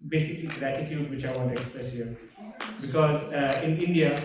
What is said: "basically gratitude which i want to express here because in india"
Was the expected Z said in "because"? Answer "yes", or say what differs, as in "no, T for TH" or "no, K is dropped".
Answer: yes